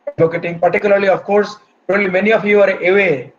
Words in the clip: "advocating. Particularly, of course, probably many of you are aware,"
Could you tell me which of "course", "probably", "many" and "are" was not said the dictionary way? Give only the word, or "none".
probably